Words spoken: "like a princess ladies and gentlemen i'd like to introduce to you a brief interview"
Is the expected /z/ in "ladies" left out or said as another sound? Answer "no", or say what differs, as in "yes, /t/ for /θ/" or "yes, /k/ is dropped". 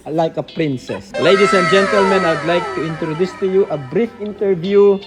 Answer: yes, /s/ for /z/